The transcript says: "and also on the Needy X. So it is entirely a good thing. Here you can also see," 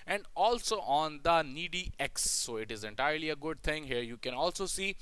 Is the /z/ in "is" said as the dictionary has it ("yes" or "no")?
yes